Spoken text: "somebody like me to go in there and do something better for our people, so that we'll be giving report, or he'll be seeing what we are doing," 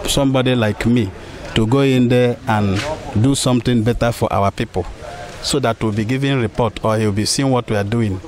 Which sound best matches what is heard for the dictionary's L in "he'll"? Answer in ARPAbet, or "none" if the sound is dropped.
W